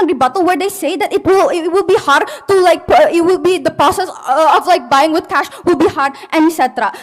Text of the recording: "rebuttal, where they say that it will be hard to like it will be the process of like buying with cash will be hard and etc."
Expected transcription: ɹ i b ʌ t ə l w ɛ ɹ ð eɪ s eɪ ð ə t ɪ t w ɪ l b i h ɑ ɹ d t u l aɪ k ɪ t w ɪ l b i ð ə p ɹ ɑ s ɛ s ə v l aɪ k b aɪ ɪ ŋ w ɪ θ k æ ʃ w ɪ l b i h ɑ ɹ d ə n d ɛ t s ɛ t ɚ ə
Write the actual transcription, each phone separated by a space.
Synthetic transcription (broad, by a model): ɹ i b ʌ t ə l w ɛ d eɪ s eɪ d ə t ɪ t w ɪ l b i h ɑ ɹ d t u l aɪ k ɪ t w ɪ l b i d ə p ɹ ɑ s ɛ s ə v l aɪ k b aɪ ɪ ŋ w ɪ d k æ ʃ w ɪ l b i h ɑ ɹ d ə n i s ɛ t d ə